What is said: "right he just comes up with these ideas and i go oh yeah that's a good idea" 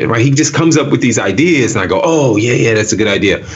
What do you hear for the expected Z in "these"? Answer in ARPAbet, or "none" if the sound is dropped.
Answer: Z